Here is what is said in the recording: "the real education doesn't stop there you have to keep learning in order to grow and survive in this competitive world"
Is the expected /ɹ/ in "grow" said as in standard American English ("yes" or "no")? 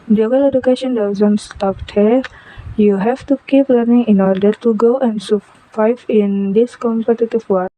no